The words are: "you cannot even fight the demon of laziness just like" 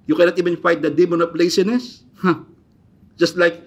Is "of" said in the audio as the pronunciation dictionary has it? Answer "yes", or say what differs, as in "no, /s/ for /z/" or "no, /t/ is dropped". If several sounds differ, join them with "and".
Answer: no, /p/ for /v/